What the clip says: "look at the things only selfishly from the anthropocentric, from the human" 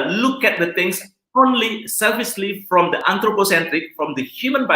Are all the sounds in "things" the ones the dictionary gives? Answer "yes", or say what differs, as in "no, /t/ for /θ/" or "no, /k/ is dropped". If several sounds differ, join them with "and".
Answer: no, /t/ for /θ/ and /s/ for /z/